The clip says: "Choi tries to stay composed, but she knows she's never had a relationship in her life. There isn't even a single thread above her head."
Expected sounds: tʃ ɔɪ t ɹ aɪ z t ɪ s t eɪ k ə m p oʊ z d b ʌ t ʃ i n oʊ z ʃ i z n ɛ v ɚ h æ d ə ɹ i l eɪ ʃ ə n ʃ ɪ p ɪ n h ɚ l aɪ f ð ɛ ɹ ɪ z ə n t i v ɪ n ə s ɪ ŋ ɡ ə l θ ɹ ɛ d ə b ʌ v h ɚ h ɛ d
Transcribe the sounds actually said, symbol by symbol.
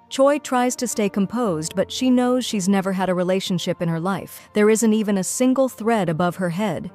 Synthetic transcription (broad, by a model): tʃ ɔɪ t ɹ aɪ z t ɪ s t eɪ k ə m p oʊ z d b ʌ t ʃ i n oʊ z ʃ i z n ɛ v ɚ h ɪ d ə ɹ i l eɪ ʃ ə n ʃ ɪ p ɪ n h ɚ l aɪ f ð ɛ ɹ ɪ z ə n t i v ɪ n ə s ɪ ŋ ɡ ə l θ ɹ ɛ d ə b ʌ v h ɚ h ɛ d